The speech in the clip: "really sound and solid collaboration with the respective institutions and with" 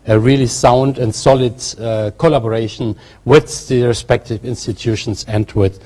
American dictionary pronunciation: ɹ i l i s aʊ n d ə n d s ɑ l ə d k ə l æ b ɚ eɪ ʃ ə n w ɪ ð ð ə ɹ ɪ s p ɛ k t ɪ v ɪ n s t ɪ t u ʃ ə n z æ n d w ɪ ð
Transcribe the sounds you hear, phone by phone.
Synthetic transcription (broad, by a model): ɹ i l i s aʊ n d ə n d s ɑ l ə d k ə l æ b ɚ eɪ ʃ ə n w ɪ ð ð ə ɹ ɪ s p ɛ k t ɪ v ɪ n s t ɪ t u ʃ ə n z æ n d w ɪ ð